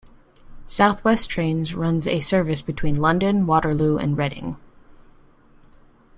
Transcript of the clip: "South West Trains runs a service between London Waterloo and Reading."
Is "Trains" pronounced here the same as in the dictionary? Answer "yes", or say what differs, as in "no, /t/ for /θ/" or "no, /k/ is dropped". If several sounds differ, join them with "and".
yes